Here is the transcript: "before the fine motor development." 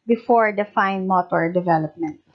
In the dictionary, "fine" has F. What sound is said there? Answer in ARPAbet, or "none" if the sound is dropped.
F